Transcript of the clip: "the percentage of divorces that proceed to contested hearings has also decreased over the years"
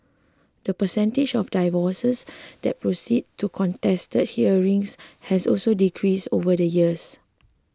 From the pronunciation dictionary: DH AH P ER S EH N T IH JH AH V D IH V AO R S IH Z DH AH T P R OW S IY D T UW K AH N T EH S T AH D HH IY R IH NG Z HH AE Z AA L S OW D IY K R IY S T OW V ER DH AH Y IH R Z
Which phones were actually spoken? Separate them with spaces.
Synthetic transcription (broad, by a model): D AH P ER S EH N T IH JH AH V D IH V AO S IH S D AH T P R OW S IY D T UW K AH N T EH S T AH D HH IY R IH NG S HH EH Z AA L S OW D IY K R IY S OW V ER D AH Y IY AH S